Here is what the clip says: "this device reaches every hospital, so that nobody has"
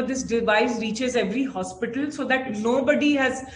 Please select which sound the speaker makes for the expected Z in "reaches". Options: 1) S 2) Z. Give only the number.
2